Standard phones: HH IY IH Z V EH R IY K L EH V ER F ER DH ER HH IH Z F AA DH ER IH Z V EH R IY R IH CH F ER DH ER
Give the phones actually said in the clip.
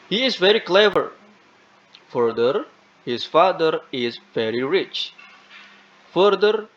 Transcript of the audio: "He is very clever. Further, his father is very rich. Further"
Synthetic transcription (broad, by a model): HH IY IH Z V EH R IY K L EH V ER F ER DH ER HH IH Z F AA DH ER IH Z V EH R IY R IH CH F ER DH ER